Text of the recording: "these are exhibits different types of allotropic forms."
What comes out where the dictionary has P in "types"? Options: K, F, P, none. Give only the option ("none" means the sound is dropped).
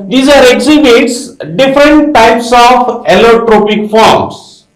P